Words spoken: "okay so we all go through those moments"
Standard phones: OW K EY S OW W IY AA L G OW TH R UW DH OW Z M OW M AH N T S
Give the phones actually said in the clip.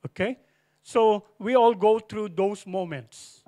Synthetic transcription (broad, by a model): OW K EY S OW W IY AA L G OW T R UW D OW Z M OW M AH N T S